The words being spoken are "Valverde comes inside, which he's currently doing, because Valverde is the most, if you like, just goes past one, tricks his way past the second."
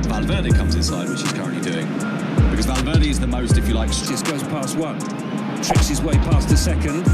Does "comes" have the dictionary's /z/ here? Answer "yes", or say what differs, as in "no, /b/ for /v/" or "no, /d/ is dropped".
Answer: yes